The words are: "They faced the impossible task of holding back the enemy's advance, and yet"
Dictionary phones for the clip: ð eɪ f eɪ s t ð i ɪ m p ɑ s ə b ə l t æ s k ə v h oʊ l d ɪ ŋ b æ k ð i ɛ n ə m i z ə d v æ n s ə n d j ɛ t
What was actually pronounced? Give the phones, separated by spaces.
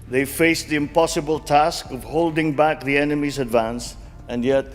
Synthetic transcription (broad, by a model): ð eɪ f eɪ s ð i ɪ m p ɑ s ə b ə l t æ s k ə v h oʊ l d ɪ ŋ b æ k ð i ɛ n ə m i z ə d v æ n s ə n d j ɛ t